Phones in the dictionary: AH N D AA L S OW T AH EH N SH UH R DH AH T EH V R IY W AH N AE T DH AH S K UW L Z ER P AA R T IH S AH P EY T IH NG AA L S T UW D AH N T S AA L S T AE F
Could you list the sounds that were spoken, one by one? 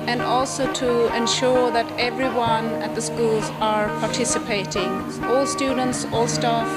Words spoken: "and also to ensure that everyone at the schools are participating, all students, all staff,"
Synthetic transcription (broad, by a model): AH N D AA L S OW T AH EH N SH UH R DH AH T EH V R IY W AH N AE T DH AH S K UW L Z ER P AA R T IH S AH P EY T IH NG AA L S T UW D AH N T S AA L S T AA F